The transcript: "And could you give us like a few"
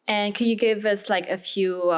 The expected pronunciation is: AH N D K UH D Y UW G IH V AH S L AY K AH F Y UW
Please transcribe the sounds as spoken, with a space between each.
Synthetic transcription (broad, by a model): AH N K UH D Y UW G IH V AH S L AY K AH F Y UW